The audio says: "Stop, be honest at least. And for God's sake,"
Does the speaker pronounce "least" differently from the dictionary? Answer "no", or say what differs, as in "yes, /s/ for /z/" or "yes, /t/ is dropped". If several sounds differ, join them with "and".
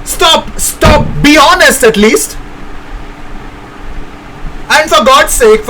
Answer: no